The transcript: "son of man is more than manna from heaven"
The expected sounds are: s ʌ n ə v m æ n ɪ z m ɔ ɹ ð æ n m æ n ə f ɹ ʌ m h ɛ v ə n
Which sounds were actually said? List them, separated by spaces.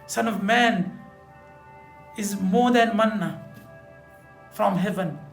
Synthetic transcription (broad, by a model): s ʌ n ə v m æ n ɪ z m ɔ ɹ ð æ n m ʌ n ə f ɹ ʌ m h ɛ v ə n